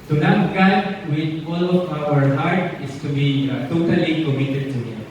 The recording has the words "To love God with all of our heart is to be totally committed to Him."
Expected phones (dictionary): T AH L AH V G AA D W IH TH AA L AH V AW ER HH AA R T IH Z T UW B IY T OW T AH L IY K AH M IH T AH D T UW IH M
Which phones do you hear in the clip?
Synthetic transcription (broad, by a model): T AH N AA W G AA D W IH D AA L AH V AW ER HH AA R T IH S T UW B IY T OW T AH L IY K AH M IH T AH D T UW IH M